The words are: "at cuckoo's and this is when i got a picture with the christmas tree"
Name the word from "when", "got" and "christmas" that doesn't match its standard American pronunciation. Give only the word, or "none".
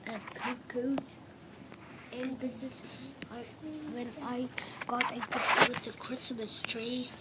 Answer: none